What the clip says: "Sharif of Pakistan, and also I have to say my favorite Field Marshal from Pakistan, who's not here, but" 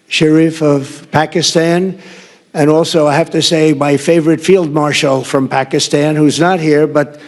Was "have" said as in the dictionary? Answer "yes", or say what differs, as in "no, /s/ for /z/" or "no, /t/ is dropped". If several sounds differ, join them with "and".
no, /f/ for /v/